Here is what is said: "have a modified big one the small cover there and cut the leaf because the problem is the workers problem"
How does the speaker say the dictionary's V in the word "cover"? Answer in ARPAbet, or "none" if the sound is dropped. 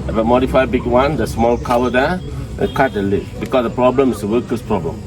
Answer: W